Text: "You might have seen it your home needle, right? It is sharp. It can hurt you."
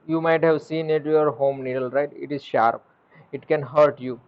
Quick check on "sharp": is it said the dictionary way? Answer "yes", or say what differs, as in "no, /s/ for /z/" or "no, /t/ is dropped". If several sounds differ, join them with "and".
yes